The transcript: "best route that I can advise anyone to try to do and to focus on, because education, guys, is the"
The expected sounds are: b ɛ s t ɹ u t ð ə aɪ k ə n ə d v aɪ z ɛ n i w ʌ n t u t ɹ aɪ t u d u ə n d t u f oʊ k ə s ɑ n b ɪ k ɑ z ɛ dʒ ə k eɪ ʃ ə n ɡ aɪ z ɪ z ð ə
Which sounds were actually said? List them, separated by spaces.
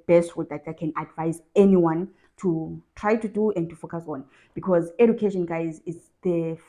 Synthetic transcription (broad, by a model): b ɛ s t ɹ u t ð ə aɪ k ə n ə d v aɪ z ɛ n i w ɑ n t u t ɹ aɪ t u d u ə n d t u f oʊ k ə s ɑ n b ɪ k ɑ z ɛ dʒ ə k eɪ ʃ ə n ɡ aɪ z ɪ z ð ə